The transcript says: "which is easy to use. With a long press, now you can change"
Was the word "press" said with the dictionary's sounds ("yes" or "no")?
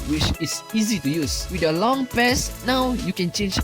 no